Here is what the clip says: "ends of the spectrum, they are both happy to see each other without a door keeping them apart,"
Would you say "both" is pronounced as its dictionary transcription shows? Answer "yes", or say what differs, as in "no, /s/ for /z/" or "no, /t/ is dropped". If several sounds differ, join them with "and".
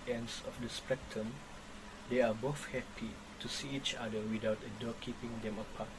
no, /f/ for /θ/